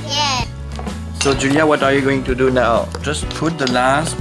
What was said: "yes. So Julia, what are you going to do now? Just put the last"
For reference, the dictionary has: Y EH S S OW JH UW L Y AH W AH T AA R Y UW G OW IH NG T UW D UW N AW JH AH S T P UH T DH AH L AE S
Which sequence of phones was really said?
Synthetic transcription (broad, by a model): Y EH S S OW JH UW L Y AH W AH T AA R Y UW G OW IH NG T UW D UW N AW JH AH S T P UH T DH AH L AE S